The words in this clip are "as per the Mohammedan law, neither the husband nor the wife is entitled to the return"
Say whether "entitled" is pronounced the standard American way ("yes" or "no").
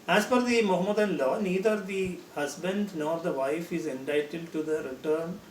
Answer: no